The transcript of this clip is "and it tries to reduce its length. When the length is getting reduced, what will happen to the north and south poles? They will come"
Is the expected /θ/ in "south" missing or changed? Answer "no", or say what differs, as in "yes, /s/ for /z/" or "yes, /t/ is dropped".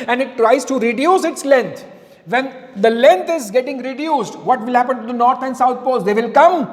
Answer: yes, /t/ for /θ/